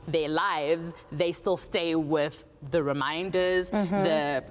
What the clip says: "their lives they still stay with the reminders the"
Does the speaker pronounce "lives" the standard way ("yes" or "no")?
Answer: yes